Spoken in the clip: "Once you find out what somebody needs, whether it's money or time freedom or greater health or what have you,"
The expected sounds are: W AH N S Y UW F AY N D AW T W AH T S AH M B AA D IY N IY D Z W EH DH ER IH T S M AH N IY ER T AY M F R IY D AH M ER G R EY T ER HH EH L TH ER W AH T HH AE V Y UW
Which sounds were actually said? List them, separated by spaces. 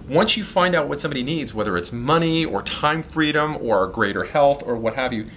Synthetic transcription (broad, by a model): W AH N S Y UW F AY N D AW T W AH T S AH M B AA D IY N IY D Z W EH DH ER IH T S M AH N IY ER T AY M F R IY D AH M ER G R EY T ER HH EH L TH ER W AH T HH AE V Y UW